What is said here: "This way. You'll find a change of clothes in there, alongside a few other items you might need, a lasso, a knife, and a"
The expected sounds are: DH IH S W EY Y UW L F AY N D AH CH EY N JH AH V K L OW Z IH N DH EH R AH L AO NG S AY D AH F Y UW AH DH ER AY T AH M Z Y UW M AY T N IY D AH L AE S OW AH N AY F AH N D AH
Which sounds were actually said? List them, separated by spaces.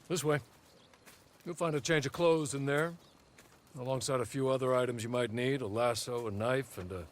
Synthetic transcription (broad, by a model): DH IH S W EY Y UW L F AY N D AH CH EY N JH AH V K L OW Z IH N DH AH R AH L AO NG S AY D AH F Y UW AH DH ER AY T AH M Z Y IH M AY T N IY D AH L AE S OW AH N AY F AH N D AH